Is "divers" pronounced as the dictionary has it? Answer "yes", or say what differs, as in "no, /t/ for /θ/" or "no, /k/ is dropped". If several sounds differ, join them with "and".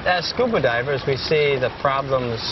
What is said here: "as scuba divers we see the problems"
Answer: yes